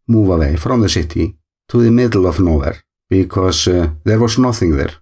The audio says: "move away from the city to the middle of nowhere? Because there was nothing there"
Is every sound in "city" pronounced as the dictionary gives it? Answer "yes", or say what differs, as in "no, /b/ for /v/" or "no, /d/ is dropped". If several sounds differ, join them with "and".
yes